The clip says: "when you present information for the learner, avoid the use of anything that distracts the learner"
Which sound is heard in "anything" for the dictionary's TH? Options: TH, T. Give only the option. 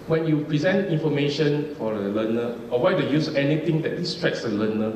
T